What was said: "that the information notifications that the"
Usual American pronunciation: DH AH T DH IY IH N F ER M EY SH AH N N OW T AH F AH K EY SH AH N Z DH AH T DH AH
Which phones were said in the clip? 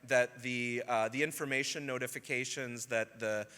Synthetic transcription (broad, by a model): DH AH T DH IY IH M F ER M EY SH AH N N OW T AH F AH K EY SH AH N Z DH AH T DH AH